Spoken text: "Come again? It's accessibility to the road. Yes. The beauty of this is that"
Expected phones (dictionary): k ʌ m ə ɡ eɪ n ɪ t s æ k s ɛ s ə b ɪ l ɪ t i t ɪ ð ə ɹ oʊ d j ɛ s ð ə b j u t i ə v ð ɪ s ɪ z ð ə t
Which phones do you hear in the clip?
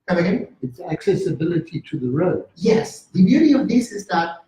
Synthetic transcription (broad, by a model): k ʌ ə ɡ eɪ ɪ t s æ k s ɛ s ə b ɪ l ɪ t i t ɪ ð ə ɹ oʊ d j ɛ s ð ə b j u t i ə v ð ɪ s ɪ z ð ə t